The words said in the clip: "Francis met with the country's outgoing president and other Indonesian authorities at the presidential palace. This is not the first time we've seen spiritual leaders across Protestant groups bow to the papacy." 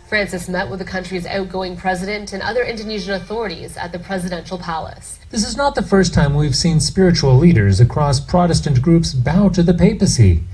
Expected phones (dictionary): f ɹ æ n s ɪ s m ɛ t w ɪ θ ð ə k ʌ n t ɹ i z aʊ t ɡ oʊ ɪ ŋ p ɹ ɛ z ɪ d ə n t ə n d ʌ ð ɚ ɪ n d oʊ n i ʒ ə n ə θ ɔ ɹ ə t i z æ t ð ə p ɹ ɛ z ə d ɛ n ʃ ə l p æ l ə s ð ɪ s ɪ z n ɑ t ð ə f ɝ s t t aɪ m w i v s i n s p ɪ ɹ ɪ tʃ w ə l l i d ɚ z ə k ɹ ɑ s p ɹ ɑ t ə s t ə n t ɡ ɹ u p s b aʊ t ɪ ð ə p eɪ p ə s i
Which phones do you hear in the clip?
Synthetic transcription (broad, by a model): f ɹ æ n s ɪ s m ɛ t w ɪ ð ə k ʌ n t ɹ i z aʊ t ɡ oʊ ɪ ŋ p ɹ ɛ z ɪ d ə n t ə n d ʌ ð ɚ ɪ n d oʊ n i ʒ ə n ə θ ɔ ɹ ə t i z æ t ð ə p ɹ ɛ z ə d ɛ n ʃ l p æ l ə s ð ɪ s ɪ z n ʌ t ð ə f ɝ s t t aɪ m w i v s i n s p ɪ ɹ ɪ tʃ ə l l i d ɚ z ə k ɹ ɑ s p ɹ ɑ t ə s t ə n ɡ ɹ u p s b aʊ t ɪ ð ə p eɪ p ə s i